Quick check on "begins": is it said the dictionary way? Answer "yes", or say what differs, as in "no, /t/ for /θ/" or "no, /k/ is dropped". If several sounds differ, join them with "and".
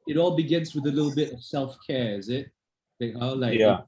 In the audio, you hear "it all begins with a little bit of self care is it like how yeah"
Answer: yes